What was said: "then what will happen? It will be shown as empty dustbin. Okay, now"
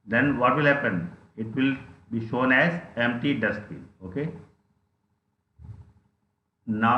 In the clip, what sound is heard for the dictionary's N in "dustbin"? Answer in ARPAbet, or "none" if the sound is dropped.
none